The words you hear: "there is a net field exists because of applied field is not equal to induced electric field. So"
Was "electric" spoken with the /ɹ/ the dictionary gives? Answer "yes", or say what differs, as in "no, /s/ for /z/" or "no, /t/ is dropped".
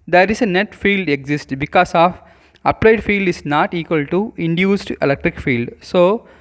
yes